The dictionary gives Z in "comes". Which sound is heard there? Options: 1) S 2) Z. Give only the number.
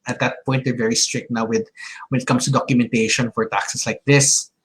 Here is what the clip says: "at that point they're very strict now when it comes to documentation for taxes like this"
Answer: 1